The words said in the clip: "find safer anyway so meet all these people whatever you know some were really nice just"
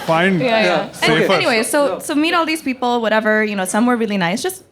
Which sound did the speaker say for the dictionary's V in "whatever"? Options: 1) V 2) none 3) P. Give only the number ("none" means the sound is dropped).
1